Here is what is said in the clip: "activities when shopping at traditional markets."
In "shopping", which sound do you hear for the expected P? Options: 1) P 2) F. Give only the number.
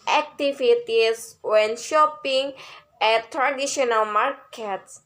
1